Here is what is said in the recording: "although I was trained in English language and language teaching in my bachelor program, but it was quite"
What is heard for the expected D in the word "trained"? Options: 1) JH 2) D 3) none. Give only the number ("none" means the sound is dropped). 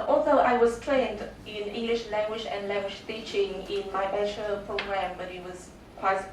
2